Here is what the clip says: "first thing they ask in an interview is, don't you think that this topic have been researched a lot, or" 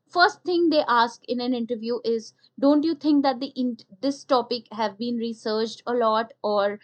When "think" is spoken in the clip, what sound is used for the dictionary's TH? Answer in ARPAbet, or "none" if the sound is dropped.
T